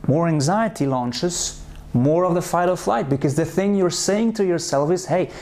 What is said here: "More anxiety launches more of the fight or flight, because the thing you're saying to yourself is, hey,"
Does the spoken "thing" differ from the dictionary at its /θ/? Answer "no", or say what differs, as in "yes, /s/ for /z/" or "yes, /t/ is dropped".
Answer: no